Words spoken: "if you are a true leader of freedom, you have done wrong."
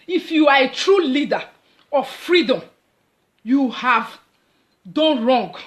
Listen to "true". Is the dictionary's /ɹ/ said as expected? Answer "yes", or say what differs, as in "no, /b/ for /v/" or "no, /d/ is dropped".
yes